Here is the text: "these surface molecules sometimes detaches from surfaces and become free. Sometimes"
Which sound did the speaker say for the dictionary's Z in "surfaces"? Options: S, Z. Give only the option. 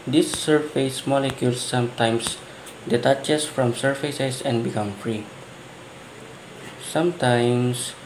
S